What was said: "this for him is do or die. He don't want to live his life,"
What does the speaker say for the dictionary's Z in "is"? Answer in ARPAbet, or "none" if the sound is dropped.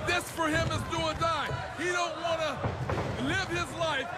Z